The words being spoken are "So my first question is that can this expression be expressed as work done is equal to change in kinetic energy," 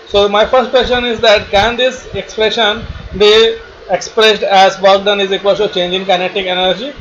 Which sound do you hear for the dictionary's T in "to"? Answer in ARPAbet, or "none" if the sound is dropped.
S